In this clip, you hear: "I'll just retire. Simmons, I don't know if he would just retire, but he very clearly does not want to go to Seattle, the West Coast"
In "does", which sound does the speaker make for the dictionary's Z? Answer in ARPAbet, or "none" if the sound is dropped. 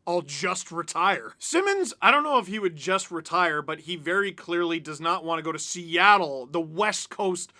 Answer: Z